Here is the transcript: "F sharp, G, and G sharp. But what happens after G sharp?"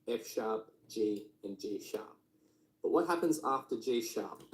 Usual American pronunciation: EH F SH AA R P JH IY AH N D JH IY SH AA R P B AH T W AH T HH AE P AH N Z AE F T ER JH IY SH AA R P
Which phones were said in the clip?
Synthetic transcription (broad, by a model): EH F SH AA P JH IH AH N JH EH SH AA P B AH T W AH T HH AE P AH N Z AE F T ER JH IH SH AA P